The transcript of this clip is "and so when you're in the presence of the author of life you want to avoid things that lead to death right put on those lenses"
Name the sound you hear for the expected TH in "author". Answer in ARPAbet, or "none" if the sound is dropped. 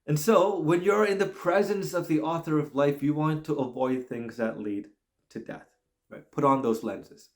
TH